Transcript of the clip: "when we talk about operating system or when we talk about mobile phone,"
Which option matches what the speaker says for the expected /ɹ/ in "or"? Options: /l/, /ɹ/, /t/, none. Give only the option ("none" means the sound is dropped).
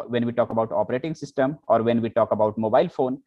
/ɹ/